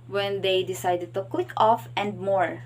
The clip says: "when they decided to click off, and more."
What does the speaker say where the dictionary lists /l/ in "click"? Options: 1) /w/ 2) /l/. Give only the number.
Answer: 1